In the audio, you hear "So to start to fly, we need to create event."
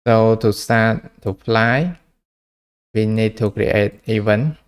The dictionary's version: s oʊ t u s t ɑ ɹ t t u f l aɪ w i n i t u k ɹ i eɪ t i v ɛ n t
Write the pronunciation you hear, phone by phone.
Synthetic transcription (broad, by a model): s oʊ t u s ɑ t t u p l aɪ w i n i t u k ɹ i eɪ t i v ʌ n